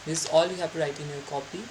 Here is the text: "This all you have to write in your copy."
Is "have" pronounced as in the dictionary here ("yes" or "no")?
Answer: no